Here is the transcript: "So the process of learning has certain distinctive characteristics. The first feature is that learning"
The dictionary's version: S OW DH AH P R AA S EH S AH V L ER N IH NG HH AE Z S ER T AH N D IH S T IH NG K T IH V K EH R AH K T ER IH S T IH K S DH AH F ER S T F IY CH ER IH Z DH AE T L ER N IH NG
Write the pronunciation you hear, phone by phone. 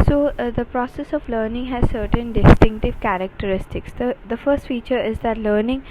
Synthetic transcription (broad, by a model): S OW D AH P R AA S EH S AH V L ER N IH NG HH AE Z S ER T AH N D IH S T IH NG K T IH V K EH R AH K T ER IH S T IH K S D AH F ER S T F IY CH ER IH Z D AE T L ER N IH NG